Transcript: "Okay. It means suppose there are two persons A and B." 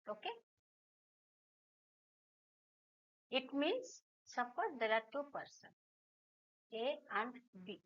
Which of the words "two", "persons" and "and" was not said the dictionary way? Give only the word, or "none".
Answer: persons